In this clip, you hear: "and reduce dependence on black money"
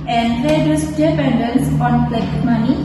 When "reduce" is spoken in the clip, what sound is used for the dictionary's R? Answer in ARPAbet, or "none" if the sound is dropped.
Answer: L